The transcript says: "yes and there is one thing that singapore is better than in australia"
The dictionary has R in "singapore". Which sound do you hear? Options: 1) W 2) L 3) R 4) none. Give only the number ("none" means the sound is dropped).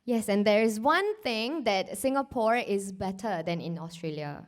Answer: 3